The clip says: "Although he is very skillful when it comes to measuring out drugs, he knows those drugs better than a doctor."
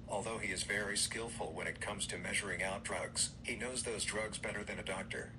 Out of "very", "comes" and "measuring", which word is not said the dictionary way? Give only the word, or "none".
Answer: none